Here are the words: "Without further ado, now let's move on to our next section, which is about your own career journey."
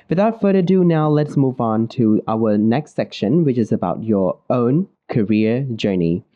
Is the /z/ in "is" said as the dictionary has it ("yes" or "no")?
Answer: yes